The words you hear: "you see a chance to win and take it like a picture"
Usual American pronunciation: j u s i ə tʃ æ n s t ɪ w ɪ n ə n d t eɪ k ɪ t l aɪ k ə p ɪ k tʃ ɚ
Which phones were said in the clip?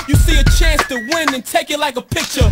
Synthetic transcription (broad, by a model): j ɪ s i ə tʃ æ n s t ɪ w ɪ n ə n t eɪ k ɪ t l aɪ k ə p ɪ k tʃ ɚ